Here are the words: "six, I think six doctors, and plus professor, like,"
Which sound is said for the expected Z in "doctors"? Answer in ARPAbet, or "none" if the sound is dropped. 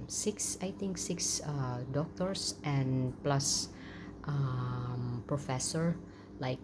S